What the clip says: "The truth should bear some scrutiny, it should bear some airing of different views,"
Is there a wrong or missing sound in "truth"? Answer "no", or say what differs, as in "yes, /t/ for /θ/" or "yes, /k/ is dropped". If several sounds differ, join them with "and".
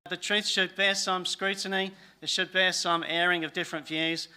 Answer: no